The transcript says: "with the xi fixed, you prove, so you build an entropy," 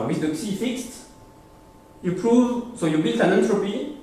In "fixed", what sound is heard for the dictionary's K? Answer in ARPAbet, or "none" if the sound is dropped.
K